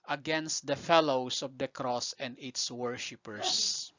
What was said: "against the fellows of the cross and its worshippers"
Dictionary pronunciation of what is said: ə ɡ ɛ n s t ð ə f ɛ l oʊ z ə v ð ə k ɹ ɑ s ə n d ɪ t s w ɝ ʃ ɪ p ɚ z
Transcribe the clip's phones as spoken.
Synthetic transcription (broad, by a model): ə ɡ ɛ n s t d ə f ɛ l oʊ s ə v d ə k ɹ ɑ s ə n d ɪ t s w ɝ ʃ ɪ p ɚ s